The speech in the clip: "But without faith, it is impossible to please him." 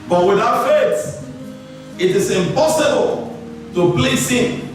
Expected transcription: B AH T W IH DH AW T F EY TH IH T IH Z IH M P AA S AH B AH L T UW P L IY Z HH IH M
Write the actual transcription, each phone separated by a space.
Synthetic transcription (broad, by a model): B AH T W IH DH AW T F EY S IH T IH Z IH M P AA S AH B AH L T UW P L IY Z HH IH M